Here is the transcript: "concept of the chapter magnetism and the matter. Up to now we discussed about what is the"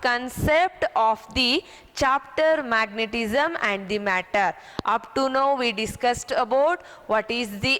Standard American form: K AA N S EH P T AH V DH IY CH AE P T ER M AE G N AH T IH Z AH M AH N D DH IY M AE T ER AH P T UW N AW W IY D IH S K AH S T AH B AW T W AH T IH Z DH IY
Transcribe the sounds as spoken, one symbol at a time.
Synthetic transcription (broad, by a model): K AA N S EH P T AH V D IY CH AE P T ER M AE G N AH T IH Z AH M AH N D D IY M AE T ER AH P T UW N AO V IY D IH S K AH S T AH B AW T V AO T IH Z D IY